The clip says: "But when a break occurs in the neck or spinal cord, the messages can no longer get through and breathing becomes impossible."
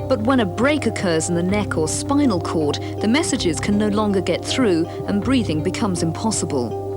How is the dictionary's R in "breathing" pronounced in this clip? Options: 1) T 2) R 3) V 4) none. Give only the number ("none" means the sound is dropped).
2